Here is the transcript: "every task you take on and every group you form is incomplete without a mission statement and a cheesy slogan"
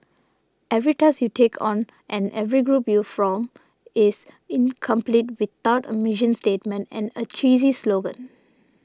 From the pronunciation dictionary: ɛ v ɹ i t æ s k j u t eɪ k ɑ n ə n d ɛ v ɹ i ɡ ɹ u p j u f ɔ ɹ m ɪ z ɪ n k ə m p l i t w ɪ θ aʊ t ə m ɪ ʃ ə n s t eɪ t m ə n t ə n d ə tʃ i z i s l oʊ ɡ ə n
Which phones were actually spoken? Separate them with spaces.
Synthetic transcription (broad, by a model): ɛ v ɹ i t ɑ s j u t eɪ k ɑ n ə n ɛ v ɹ i ɡ ɹ u p j u f ɔ m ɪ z ɪ n k ə m p l i t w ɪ t aʊ t ə m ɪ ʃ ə n s t eɪ t m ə n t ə n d ə tʃ i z i s l oʊ ɡ ə n